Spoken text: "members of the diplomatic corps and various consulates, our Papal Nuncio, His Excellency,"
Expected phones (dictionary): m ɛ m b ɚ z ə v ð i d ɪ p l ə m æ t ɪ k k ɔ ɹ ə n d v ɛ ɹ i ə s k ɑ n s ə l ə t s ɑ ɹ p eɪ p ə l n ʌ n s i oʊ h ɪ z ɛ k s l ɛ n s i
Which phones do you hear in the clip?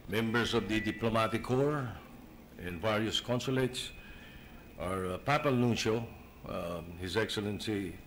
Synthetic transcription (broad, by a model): m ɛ m b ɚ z ə v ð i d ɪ p l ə m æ t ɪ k k ɔ ɹ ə n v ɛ ɹ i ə s k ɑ n s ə l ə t s ɑ ɹ p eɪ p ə l n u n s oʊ h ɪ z ɛ k s l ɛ n s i